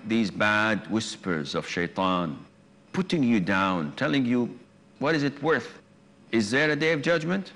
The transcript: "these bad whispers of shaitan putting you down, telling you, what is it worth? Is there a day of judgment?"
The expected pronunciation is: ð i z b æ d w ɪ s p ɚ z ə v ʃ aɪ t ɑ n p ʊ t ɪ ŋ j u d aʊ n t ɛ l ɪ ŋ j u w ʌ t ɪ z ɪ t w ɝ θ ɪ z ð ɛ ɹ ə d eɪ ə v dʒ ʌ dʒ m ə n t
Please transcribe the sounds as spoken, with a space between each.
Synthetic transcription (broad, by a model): ð i z b æ d w ɪ s p ɚ z ə v ʃ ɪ t ɑ n p ʊ t ɪ ŋ j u d aʊ n t ɛ l ɪ ŋ j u w ʌ t ɪ z ɪ t w ɝ θ ɪ z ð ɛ ɹ ə d eɪ ə v dʒ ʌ dʒ m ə n t